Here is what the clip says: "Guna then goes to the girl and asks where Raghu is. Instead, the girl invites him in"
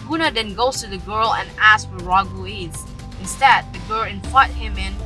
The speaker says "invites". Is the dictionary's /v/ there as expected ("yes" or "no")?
no